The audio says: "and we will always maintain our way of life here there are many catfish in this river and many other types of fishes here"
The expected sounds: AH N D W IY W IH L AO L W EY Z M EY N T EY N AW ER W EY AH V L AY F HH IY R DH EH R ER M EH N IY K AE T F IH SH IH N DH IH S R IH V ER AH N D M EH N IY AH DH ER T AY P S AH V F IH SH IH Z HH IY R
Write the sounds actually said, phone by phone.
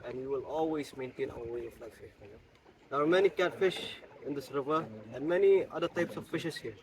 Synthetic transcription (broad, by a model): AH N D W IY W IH L AO L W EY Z M EY N T EY N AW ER W EY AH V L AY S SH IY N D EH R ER M EH N IY K AE T F IH SH IH N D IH S R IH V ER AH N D M EH N IY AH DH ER T AY P S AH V F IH SH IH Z HH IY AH